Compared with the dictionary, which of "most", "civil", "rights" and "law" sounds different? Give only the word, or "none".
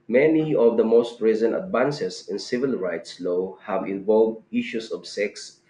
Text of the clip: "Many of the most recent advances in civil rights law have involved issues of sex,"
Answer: none